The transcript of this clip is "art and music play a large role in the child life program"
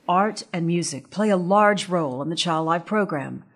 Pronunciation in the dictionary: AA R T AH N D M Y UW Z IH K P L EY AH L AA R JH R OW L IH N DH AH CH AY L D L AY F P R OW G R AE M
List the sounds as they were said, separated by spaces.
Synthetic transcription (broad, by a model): AA R T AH N M Y UW Z IH K P L EY AH L AA R JH R OW L IH N DH AH CH AY L D L AY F P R OW G R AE M